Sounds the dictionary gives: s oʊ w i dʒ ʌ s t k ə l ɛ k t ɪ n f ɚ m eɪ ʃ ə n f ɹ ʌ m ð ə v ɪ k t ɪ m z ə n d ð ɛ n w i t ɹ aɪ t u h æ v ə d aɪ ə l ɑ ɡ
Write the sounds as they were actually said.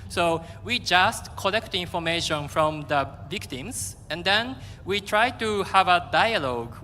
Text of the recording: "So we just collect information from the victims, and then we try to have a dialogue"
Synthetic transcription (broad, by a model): s oʊ w i dʒ ʌ s t k ə l ɛ k t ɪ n f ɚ m eɪ ʃ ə n f ɹ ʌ m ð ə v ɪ k t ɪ m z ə n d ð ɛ n w i t ɹ aɪ t u h æ v ə d aɪ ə l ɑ ɡ